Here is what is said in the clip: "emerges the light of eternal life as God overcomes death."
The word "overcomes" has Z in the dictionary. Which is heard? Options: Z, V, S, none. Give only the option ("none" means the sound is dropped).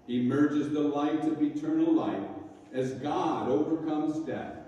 Z